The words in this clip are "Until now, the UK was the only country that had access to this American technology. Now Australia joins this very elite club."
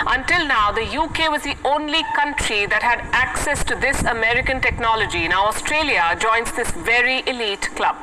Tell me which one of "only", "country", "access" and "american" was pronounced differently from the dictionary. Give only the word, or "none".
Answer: none